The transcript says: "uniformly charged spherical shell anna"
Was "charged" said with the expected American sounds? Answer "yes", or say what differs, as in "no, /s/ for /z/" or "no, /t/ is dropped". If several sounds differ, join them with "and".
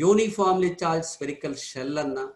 no, /l/ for /ɹ/